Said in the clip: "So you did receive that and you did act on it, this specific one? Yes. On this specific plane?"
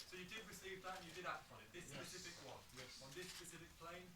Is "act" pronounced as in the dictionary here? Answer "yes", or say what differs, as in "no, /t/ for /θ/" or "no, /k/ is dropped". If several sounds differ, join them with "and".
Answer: no, /k/ is dropped